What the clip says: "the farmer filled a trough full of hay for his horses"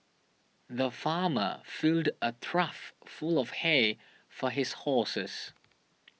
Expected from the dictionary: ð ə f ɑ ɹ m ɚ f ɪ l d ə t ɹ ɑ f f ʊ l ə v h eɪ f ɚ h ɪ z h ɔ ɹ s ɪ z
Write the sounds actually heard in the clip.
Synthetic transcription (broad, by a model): ð ə f ɑ m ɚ f ɪ l d ə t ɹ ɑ f f ʊ l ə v h eɪ f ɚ h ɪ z h ɔ s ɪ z